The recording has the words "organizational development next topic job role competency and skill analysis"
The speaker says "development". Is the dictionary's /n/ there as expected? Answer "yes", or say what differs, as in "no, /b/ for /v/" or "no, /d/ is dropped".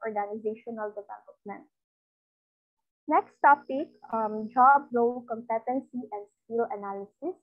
yes